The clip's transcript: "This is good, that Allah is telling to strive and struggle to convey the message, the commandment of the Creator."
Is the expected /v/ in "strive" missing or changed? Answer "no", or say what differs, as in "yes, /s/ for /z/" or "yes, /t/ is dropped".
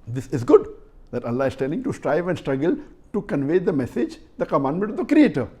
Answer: no